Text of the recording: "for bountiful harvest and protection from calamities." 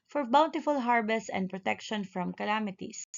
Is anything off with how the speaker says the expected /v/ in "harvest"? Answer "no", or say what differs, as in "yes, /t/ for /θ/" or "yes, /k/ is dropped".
yes, /b/ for /v/